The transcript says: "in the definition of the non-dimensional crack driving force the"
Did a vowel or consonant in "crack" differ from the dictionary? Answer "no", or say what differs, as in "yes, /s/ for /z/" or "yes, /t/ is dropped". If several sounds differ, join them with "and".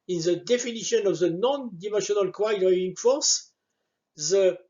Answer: yes, /w/ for /ɹ/